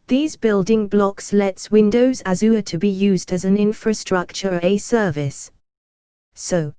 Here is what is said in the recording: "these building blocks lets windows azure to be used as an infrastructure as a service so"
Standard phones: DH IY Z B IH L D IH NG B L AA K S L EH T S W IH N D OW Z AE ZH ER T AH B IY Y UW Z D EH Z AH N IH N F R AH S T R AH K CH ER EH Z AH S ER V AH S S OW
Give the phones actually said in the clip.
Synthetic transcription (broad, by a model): DH IY Z B IH L D IH NG B L AA K S L EH T S W IH N D OW Z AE Z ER T AH B IY Y UW Z D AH Z AH N IH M F R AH S T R AH K CH ER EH AH S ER V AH S S OW